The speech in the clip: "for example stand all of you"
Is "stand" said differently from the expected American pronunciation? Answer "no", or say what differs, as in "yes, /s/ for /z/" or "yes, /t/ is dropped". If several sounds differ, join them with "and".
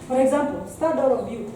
yes, /n/ is dropped